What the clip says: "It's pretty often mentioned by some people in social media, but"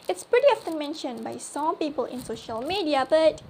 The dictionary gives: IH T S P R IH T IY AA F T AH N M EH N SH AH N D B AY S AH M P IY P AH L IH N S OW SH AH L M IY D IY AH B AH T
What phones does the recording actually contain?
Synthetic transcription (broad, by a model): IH T S P R IH T IY AA F T AH N M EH N SH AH N B AY S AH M P IY P AH L IH N S OW SH AH L M IY D IY AH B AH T